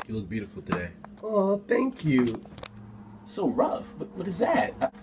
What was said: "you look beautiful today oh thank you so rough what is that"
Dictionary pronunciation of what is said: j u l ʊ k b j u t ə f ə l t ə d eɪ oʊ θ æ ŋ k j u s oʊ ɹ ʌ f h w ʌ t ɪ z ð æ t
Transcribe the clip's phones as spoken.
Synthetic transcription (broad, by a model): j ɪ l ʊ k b j u t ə f l t ə d eɪ oʊ θ æ ŋ k j u s oʊ ɹ ʌ f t w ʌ t ɪ z ð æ t